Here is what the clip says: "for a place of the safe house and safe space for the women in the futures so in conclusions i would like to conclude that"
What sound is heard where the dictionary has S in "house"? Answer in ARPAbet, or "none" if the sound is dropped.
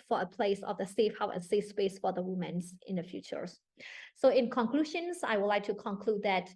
none